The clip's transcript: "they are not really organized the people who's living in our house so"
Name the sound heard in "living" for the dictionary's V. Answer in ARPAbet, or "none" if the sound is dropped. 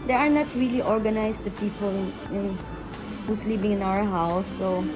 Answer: B